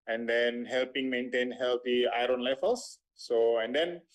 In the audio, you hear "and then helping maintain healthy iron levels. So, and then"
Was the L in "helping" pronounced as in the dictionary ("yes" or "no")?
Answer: yes